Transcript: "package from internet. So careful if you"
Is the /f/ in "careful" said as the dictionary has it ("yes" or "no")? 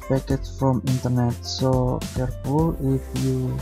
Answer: no